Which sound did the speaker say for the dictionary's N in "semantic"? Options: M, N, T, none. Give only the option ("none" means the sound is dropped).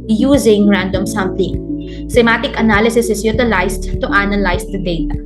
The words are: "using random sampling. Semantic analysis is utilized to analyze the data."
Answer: none